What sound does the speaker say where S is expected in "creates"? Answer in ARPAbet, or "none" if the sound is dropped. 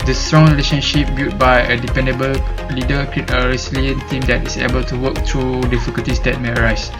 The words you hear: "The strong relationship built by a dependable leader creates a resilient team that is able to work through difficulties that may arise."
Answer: none